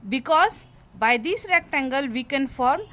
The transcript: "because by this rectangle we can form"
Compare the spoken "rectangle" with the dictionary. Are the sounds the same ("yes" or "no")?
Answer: yes